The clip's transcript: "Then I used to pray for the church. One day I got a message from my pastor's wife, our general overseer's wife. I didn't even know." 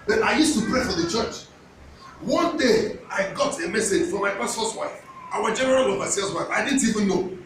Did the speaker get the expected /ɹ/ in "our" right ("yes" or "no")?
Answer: no